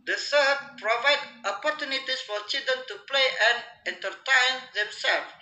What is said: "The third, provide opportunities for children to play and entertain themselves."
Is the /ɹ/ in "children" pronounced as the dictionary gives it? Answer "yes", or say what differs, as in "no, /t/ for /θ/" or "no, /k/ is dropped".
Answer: no, /ɹ/ is dropped